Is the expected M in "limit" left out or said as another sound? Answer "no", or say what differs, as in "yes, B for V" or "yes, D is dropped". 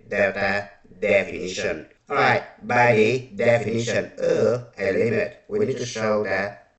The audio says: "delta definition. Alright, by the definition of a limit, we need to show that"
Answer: yes, M is dropped